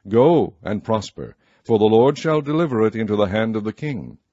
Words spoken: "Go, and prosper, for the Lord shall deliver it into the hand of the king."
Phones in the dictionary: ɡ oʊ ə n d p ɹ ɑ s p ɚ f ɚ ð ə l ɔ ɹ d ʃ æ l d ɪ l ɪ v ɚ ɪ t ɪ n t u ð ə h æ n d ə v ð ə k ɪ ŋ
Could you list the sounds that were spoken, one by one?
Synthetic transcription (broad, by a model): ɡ oʊ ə n p ɹ ɑ s p ɚ f ɚ ð ə l ɔ ɹ d ʃ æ l d ɪ l ɪ v ɚ ɪ t ɪ n t u ð ə h æ n d ə v ð ə k ɪ ŋ